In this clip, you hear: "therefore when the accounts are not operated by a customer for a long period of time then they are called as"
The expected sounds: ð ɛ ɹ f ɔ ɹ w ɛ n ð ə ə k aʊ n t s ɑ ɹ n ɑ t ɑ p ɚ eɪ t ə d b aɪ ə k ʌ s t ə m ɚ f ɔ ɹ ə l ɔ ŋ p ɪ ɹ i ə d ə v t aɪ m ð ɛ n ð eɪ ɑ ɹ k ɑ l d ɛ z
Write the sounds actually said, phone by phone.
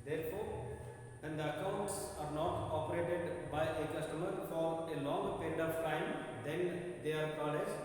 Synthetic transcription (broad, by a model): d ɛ ɹ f ɔ ɹ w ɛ n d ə ə k aʊ n t s ɑ ɹ n ɑ t ɑ p ɚ eɪ t ə d b aɪ ə k ʌ s t ə m ɚ f ɔ ɹ ə l ɔ ŋ p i ɹ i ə d ə v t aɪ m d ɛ n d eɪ ɑ ɹ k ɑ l ɛ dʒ